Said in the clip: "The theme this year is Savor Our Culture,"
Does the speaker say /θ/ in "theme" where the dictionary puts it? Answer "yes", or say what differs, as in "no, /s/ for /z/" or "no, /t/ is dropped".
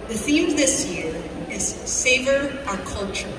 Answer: yes